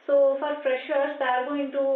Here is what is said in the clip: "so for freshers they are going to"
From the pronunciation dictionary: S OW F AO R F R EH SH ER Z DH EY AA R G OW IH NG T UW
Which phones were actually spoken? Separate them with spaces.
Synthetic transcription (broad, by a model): S OW F AO R P R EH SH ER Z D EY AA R G OW IH NG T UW